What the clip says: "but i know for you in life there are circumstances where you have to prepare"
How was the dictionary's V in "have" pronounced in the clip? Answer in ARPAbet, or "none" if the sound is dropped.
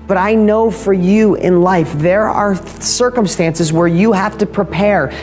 F